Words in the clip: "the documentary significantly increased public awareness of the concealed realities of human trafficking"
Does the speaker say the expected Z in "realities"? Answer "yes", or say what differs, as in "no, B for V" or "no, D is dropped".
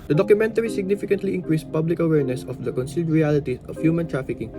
no, Z is dropped